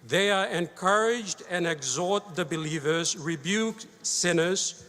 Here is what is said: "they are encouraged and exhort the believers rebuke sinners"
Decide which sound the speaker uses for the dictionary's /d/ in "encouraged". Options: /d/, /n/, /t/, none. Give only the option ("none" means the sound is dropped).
/d/